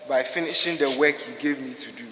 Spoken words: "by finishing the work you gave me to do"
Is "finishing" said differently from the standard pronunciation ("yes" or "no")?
no